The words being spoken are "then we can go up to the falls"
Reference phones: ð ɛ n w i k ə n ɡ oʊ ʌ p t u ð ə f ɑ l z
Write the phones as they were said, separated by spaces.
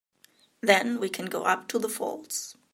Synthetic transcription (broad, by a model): ð ɛ n w i k ə n ɡ oʊ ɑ p t u ð ə f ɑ l s